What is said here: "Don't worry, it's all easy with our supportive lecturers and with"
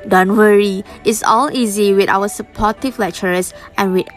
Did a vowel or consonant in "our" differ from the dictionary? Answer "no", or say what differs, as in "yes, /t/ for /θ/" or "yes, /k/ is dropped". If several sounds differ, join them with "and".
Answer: yes, /w/ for /ɹ/